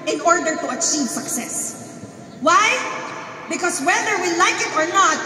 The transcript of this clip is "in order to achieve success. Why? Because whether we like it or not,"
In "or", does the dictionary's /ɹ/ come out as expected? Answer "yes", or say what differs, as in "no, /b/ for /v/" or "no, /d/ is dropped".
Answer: yes